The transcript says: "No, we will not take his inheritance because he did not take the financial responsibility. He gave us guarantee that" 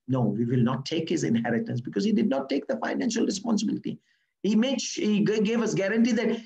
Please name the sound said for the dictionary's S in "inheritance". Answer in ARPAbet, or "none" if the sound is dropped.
S